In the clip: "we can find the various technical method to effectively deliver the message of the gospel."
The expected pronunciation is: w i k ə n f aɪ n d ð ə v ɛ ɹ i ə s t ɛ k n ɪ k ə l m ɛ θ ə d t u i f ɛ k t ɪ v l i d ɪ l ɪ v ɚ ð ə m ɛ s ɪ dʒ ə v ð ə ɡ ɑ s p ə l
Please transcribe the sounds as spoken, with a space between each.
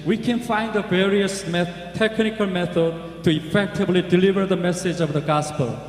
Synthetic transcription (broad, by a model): w i k ə n f aɪ n d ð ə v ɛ ɹ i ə s t ɛ k n ɪ k ə l m ɛ θ ə d t u i f ɛ k t ɪ v l i d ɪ l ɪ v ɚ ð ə m ɛ s ɪ dʒ ə v ð ə ɡ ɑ s p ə l